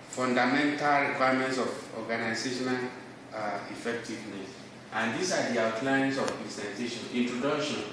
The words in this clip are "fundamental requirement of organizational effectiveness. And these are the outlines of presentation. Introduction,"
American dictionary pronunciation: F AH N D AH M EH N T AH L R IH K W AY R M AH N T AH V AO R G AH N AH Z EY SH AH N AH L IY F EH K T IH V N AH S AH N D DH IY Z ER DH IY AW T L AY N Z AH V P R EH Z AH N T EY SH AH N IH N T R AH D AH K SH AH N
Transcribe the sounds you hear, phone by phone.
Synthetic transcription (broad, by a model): F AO N D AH M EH N T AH L R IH K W AY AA M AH N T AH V AO G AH N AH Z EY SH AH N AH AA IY F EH K T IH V N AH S AH N D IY S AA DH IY AW T L AY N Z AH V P EH S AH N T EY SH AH N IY N T R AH D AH K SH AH N